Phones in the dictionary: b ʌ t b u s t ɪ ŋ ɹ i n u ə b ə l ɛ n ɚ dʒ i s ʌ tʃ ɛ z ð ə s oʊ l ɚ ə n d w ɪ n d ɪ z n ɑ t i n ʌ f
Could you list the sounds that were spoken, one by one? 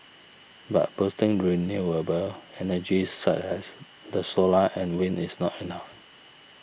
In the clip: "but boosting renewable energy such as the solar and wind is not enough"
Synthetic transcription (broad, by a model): b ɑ t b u s t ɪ ŋ ɹ i n u ə b ə l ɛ n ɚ dʒ i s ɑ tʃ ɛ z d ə s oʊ l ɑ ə n w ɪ n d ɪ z n ɑ t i n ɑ f